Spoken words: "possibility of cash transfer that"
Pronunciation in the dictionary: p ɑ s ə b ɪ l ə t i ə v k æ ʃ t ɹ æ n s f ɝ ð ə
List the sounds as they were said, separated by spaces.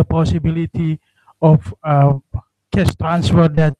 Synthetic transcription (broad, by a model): p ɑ s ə b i l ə t i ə f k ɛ s t ɹ æ n s f ɝ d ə